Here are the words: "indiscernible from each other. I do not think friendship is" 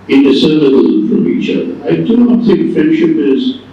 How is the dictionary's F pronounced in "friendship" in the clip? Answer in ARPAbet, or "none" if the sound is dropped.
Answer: F